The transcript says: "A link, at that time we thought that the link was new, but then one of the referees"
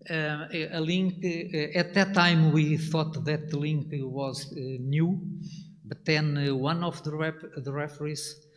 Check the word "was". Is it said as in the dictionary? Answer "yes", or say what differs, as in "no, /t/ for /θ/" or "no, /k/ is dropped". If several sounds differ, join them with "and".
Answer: yes